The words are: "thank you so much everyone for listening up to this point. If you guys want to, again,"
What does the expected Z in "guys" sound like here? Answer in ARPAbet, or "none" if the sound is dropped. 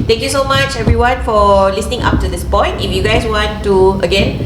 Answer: S